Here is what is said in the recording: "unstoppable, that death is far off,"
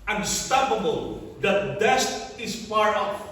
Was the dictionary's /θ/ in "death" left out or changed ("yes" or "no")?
yes